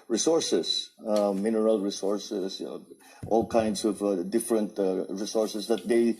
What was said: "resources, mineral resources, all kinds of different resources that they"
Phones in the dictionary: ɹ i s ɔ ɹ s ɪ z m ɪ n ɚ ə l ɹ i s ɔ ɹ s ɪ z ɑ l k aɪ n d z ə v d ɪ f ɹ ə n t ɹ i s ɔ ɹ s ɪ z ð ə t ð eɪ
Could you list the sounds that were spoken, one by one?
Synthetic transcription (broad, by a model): ɹ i s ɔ ɹ s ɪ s m ɪ n ɚ ə l ɹ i s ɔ ɹ s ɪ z ɑ l k aɪ n d s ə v d ɪ f ɹ ə n t ɹ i s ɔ ɹ s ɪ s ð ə t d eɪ